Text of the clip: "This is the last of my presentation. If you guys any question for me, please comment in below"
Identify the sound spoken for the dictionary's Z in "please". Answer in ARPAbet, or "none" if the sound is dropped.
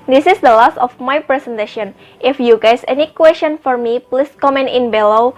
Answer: S